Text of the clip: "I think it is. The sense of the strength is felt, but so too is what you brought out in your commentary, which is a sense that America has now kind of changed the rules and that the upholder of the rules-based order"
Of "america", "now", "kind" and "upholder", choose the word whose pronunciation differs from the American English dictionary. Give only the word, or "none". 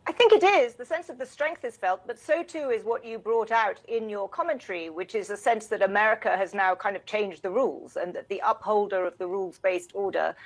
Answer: none